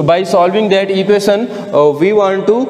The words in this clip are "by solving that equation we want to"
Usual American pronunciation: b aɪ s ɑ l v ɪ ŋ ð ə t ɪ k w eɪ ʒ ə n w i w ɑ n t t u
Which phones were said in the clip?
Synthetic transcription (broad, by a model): b aɪ s ɑ l v ɪ ŋ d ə t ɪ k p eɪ s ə n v i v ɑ n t t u